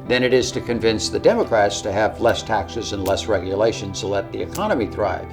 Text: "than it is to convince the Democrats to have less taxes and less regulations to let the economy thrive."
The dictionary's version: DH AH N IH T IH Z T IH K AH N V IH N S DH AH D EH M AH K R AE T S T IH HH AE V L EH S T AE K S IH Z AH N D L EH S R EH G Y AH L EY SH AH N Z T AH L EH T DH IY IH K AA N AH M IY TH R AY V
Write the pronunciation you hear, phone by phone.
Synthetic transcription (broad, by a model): DH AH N IH T IH Z T IH K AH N V IH N S DH AH D EH M AH K R AE T S T IH V L EH S T AE K S IH Z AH N L EH S R EH G Y AH L EY SH AH N Z T AH L EH T DH IY IH K AA N AH M IY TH R AY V